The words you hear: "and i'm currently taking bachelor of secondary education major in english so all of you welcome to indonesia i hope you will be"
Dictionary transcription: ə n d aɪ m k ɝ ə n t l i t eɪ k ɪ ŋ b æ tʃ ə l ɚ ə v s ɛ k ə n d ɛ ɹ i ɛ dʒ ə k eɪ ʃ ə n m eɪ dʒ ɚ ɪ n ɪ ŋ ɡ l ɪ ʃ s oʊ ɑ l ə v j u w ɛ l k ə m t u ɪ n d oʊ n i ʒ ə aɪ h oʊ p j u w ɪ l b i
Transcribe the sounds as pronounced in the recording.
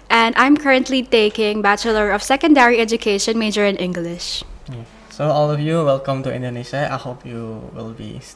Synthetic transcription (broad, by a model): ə n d aɪ m k ɝ ə n t l i t eɪ k ɪ ŋ b æ tʃ ə l ɚ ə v s ɛ k ə n d ɛ ɹ i ɛ dʒ ə k eɪ ʃ ə n m eɪ dʒ ɚ ɪ n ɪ ŋ ɡ l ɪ ʃ s oʊ ɑ l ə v j u w ɛ l k ə m t u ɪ n d oʊ n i ʃ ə aɪ h oʊ p j u w ɪ l b i